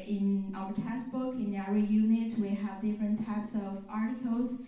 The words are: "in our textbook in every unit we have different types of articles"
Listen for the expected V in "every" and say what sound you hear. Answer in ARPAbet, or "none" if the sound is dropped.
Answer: none